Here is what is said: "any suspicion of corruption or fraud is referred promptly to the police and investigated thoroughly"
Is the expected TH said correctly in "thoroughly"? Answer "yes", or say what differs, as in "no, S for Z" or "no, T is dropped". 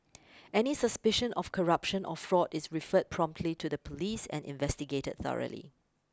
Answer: yes